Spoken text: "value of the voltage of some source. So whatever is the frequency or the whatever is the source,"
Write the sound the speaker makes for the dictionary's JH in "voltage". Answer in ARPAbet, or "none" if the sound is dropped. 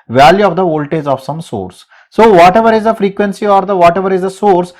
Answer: Z